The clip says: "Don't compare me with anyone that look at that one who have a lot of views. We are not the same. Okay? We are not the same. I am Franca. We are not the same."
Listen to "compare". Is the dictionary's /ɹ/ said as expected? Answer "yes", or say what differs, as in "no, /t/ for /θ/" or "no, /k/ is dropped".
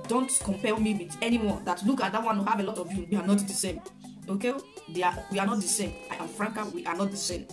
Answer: no, /l/ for /ɹ/